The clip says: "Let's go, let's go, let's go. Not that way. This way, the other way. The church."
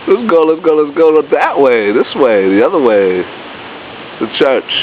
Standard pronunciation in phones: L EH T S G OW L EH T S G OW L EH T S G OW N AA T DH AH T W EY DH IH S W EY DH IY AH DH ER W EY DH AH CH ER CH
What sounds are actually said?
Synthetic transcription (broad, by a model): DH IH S G OW L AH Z G OW L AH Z G OW L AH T DH AH T W EY DH IH S W EY DH IY AH DH ER W EY DH AH CH ER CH